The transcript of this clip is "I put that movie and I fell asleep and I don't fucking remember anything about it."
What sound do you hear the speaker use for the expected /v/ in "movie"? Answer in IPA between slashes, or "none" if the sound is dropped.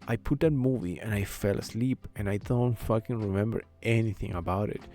/v/